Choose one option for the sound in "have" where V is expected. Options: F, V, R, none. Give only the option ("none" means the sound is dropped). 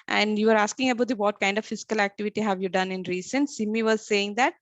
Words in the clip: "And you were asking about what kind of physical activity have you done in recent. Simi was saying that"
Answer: V